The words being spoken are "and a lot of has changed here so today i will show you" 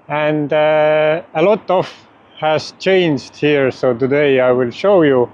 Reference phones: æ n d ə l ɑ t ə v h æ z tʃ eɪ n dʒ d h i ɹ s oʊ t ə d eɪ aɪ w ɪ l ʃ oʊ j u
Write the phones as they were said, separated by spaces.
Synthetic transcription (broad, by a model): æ n d ə l ɑ t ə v h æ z tʃ eɪ n dʒ d h i ɹ s oʊ t ə d eɪ aɪ w ɪ l ʃ oʊ j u